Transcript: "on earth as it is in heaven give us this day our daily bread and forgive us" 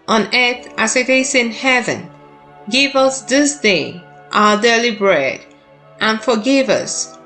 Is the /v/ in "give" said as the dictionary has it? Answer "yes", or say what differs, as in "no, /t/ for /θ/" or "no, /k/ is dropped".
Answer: yes